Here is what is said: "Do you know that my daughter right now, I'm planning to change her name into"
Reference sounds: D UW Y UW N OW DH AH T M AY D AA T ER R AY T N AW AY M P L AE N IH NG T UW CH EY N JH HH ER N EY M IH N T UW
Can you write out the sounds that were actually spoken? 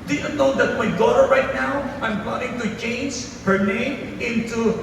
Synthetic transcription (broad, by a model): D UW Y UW N OW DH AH T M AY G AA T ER R AY T N AW AY M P AO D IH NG T UW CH EY N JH HH ER N EY M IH N T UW